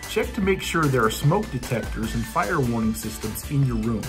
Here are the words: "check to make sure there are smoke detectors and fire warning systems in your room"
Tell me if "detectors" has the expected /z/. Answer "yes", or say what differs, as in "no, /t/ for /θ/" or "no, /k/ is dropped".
yes